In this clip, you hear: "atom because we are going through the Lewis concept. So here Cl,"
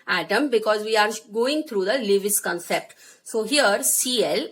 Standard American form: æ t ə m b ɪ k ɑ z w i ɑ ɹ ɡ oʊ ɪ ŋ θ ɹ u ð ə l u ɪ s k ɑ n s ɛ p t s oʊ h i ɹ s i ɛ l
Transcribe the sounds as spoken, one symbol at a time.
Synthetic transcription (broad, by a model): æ t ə m b ɪ k ɑ z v i ɑ ɹ ɡ oʊ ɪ ŋ t ɹ u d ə l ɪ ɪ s k ɑ n s ɛ p t s oʊ h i ɹ s i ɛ l